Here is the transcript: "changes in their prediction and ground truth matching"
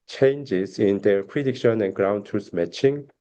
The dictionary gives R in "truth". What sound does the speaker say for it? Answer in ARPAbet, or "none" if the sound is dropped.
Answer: none